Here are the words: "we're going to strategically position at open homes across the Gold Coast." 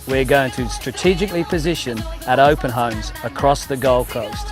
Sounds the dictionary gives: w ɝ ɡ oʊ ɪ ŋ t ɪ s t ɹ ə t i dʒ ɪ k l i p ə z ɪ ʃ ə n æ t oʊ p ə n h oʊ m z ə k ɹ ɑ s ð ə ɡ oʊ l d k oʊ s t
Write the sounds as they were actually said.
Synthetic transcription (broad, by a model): w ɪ ɡ oʊ ɪ ŋ t ɪ s t ɹ ə t i dʒ ɪ k l i p ə z ɪ ʃ ə n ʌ t oʊ p ə n h oʊ m z ə k ɹ ɑ s ð ə ɡ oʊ l k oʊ s t